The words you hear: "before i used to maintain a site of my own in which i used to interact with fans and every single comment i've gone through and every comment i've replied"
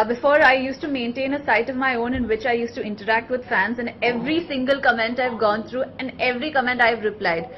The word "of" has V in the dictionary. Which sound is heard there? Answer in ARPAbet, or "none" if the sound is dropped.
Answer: V